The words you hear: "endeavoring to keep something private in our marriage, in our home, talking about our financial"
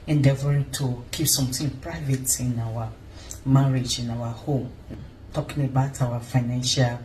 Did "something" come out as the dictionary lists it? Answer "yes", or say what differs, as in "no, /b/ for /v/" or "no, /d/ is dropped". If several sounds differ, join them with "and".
no, /t/ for /θ/